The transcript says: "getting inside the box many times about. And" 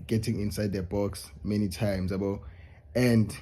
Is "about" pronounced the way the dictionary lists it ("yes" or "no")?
no